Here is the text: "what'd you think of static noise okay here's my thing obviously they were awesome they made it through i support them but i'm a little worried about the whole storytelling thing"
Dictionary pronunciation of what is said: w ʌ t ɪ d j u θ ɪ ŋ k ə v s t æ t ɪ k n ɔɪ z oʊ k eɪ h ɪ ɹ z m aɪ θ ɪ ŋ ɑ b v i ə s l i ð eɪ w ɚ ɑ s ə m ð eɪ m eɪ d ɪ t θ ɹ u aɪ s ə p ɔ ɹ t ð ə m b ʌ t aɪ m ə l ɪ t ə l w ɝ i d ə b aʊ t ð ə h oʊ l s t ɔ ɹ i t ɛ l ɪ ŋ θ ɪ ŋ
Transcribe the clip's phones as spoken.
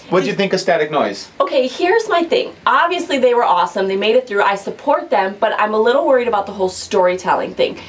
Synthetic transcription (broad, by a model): w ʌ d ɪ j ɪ θ ɪ ŋ k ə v s t æ t ɪ k n ɔɪ z oʊ k eɪ h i ɹ z m aɪ θ ɪ ŋ ɑ b v i ə s l i ð eɪ w ɚ ɑ s ə m ð eɪ m eɪ d ɪ t θ ɹ u aɪ s ə p ɔ ɹ t ð ə m b ʌ t aɪ m ə l ɪ t l w ɝ i d ə b aʊ t ð ə h oʊ l s t ɔ ɹ i t ɛ l ɪ ŋ θ ɪ ŋ